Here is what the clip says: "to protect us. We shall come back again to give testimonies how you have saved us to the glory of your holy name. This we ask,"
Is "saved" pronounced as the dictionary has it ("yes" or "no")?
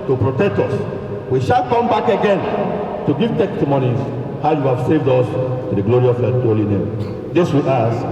yes